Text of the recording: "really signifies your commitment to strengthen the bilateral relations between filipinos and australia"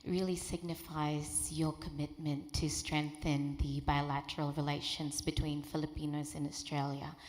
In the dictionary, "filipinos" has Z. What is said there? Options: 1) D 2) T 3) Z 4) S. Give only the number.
3